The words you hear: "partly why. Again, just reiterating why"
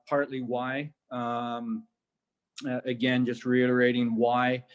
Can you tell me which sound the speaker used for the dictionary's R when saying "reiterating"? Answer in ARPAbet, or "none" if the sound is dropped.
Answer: R